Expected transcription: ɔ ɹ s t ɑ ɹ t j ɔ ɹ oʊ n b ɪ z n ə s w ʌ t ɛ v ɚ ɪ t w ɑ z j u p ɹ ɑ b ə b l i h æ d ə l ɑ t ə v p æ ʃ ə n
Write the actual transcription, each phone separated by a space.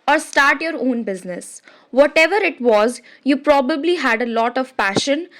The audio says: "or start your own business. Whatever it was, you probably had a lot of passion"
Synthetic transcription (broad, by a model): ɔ ɹ s t ɑ ɹ t j ɔ ɹ oʊ n b ɪ z n ə s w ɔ t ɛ v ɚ ɪ t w ɑ z j u p ɹ ɑ b ə b l i h æ d ə l ɑ t ə v p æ ʃ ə n